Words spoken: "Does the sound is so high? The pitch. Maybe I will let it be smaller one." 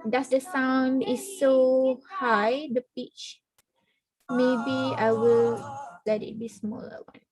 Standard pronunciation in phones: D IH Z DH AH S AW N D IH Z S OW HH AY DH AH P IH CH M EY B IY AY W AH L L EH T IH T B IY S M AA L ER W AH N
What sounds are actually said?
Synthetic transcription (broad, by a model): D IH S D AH S AW N D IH S OW HH AY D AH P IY CH M EY B IY AY W AH L L EH T IH T B IY S M AA L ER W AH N